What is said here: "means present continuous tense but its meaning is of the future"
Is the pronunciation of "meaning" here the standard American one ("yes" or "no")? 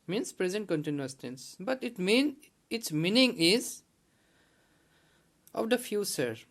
yes